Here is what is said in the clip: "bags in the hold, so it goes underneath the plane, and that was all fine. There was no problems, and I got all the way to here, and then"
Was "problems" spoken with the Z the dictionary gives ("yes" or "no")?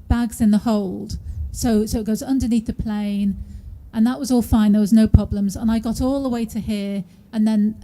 yes